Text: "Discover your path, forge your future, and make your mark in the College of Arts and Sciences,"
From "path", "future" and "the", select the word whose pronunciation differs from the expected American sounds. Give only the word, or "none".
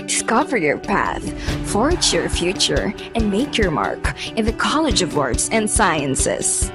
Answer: none